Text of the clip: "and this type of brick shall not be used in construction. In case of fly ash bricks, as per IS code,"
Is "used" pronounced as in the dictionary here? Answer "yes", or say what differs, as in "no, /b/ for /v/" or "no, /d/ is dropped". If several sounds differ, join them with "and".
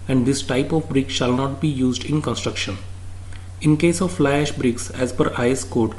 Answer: yes